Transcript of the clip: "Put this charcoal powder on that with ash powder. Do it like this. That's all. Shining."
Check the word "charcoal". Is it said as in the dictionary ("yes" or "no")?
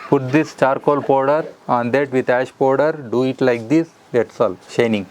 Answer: yes